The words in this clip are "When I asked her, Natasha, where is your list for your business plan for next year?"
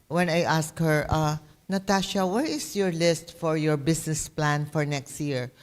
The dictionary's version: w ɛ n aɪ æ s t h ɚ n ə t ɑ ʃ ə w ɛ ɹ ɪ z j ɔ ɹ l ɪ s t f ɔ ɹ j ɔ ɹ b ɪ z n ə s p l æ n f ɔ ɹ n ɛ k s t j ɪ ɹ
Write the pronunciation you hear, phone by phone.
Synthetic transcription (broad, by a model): w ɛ n aɪ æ s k h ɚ n ə t ɑ ʃ ə w ɛ ɹ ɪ s j ɔ ɹ l ɪ s t f ɔ ɹ j ɔ ɹ b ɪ s n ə s p l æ n f ɔ ɹ n ɛ k s t j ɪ ɹ